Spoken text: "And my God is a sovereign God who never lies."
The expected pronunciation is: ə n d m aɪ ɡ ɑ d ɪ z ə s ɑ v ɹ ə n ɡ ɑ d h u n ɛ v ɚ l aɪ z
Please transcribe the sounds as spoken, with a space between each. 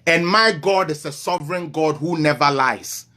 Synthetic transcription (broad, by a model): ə n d m aɪ ɡ ɑ d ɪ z ə s ɑ v ɹ ə n ɡ ɑ d h u n ɛ v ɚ l aɪ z